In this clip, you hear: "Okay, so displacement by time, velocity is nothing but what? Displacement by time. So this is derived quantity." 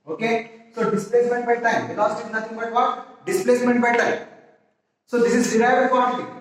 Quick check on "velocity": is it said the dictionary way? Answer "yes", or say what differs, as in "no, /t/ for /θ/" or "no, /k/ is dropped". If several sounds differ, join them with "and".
no, /b/ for /v/